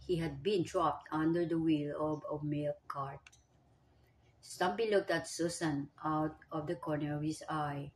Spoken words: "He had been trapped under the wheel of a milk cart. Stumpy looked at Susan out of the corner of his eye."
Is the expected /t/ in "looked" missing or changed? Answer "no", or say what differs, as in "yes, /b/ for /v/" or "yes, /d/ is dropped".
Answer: no